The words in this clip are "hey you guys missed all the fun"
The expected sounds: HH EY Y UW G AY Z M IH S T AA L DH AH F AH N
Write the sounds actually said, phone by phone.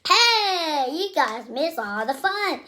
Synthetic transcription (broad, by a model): HH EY Y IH G AY Z M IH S AA L DH AH F AH N